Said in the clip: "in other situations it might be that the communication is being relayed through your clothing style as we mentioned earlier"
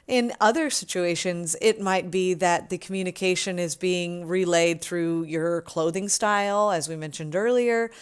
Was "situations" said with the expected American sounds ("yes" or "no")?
yes